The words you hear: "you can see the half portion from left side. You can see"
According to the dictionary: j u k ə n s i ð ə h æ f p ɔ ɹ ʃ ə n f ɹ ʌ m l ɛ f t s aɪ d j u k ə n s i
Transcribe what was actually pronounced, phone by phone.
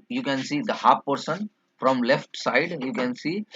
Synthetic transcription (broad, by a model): j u k ə n s i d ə h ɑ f p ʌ ɹ s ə n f ɹ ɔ m l ɛ f t s aɪ d j u k ə n s i